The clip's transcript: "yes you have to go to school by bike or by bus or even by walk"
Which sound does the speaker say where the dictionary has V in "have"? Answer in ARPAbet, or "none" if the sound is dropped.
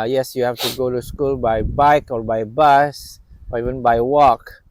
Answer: F